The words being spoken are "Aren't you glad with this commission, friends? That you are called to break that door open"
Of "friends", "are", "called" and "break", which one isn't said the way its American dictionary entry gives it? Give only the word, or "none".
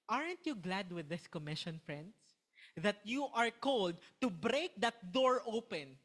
friends